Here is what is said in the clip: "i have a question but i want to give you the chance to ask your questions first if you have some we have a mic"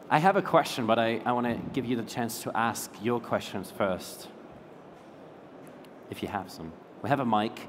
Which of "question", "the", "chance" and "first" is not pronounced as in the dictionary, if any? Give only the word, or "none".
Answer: none